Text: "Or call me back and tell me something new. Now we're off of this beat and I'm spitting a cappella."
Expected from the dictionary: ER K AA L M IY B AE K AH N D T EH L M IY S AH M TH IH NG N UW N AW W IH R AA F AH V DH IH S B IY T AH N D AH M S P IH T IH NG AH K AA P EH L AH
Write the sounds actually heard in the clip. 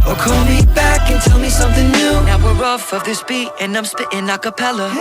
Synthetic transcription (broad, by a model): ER K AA N M IY B AE K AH N T EH L M IY S AH M TH IH NG N UW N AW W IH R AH F AH V DH IH S B IY T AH N AH M S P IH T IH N AH K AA P EH L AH